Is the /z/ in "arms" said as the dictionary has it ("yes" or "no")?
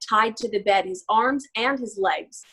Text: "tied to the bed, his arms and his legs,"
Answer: yes